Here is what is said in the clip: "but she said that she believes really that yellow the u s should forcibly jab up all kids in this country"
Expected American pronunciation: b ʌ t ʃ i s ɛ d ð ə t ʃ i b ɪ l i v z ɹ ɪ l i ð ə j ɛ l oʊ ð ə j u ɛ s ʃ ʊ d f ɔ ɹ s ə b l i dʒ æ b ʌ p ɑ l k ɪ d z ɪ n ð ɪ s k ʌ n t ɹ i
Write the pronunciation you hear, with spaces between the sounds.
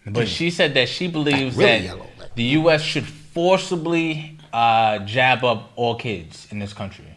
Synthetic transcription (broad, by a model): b ʌ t ʃ i s ɛ d ð ə t ʃ i b ɪ l i v z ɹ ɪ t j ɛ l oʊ ð ə j u ɛ s ʃ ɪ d f ɔ ɹ s ə b l i dʒ æ b ʌ p ɑ l k ɪ d z ɪ n ð ɪ s k ʌ n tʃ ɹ i